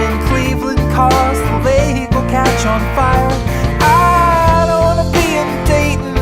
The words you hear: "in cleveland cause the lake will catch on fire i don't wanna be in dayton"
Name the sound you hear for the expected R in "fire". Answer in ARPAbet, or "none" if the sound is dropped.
L